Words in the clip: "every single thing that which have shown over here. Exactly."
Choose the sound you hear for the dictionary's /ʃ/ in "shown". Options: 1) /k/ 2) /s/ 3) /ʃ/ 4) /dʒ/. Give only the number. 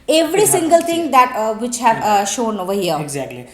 3